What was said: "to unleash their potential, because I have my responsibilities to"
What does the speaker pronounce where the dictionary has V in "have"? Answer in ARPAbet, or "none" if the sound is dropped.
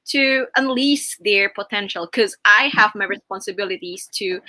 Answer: V